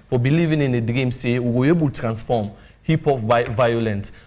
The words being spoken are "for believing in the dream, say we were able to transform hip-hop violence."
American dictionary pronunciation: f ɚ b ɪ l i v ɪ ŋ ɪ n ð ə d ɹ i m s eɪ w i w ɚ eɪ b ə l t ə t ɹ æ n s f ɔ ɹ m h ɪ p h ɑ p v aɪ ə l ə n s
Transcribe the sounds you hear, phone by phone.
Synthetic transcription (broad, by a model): f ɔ b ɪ l i v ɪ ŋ ɪ n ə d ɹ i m s eɪ w i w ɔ eɪ b ə l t t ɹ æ n s f ɔ m h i p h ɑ f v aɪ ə l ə n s